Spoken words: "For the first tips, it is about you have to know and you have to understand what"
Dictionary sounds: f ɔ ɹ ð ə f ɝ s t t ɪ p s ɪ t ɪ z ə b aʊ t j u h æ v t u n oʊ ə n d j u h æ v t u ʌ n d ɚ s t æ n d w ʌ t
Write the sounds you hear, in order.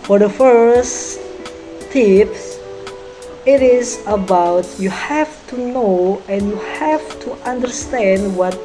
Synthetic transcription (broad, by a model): f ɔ ɹ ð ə f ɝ s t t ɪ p ɪ t ɪ z ə b aʊ t j u h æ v t u n oʊ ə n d j u h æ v t u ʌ n d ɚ s t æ n d w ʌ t